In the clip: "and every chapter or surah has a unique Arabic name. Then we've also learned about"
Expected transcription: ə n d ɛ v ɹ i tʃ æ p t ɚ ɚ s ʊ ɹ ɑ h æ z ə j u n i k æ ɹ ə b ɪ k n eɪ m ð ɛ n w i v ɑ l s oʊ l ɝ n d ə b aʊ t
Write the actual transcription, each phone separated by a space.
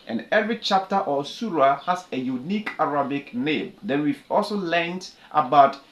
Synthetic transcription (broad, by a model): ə n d ɛ v ɹ i tʃ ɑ p t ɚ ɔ s ʊ ɹ ɑ h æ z ə j u n i k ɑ ɹ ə b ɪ k n eɪ m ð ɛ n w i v ɑ l s oʊ l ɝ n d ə b aʊ t